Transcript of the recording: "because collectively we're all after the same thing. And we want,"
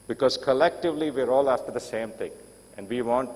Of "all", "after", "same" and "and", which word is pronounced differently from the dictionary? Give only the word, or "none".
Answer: none